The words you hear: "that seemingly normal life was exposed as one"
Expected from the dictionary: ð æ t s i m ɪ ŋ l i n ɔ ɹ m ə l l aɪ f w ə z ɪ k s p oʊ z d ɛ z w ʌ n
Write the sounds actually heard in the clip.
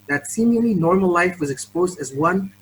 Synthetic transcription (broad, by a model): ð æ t s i m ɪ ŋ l i n ɔ ɹ m ə l l aɪ f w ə z ɪ k s p oʊ z d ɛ z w ʌ n